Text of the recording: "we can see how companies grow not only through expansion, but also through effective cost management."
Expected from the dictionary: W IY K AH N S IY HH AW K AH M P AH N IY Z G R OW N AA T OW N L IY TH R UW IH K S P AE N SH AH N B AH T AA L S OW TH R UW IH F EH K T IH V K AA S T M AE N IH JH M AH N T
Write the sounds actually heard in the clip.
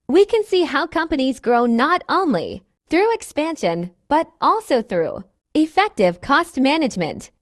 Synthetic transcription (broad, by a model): W IY K AH N S IY HH AW K AH M P AH N IY Z G R OW N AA T OW N L IY TH R UW IH K S P AE N SH AH N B AH T AA L S OW TH R UW IH F EH K T IH V K AA S T M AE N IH JH M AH N T